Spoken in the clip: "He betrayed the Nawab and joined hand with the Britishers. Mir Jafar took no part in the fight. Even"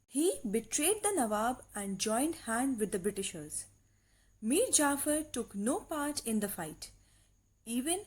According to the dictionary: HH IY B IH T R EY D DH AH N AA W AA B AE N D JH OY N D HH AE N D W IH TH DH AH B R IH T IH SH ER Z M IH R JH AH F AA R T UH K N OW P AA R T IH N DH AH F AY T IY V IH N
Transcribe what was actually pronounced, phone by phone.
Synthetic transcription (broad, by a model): HH IY B IH T R EY D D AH N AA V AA B AE N D JH OY N D HH AE N D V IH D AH B R IH T IH SH ER Z M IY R JH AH F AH R T UH K N OW P AA R T IH N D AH F AY T IY V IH N